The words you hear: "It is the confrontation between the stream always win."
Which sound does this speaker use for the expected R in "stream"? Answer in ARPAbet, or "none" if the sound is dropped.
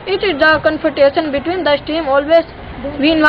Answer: none